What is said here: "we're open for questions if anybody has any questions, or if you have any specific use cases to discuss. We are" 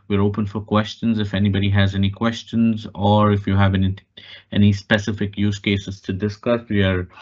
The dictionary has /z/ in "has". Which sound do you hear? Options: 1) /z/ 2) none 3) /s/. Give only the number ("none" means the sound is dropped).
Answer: 1